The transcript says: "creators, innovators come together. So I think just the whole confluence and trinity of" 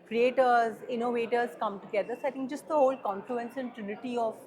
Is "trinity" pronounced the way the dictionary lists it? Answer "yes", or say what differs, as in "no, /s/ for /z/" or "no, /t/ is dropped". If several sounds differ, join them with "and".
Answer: yes